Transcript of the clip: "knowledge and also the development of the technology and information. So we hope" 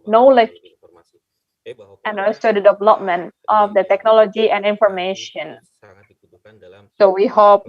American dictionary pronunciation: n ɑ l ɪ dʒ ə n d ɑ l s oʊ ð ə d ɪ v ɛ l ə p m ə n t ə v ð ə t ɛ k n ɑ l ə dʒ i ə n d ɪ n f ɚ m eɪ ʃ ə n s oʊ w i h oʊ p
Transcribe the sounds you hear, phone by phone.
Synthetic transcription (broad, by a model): n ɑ l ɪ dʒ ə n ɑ s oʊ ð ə d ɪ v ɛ l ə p m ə n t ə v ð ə t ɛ k n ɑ l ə dʒ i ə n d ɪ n f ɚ m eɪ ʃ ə n s oʊ w i h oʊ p